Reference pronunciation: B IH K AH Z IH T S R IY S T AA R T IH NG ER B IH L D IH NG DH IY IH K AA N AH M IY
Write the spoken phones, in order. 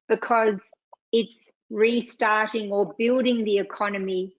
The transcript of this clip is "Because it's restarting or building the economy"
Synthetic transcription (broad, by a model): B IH K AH Z IH T S R IY S T AA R T IH NG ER B IH L D IH NG DH IY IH K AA N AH M IY